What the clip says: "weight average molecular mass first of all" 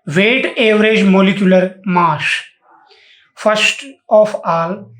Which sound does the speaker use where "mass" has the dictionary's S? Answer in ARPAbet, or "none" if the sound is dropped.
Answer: SH